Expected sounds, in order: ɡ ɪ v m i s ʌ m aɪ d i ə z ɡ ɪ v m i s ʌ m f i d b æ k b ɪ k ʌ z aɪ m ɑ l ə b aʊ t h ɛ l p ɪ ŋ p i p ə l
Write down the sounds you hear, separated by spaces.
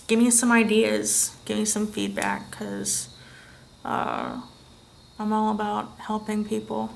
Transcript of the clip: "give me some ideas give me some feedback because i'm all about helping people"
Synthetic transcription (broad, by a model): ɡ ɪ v m i s ʌ m aɪ d i ə z ɡ ɪ v m i s ʌ m f i d b æ k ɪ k ʌ aɪ m ɑ l ə b aʊ t h ɛ l p ɪ ŋ p i p l